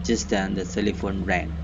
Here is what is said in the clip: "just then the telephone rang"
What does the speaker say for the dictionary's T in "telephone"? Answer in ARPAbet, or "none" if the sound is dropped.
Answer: S